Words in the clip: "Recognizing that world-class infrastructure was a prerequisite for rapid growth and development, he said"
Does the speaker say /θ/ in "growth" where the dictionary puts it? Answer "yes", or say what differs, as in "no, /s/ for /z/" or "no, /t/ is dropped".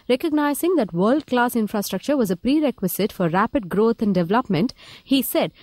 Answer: no, /t/ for /θ/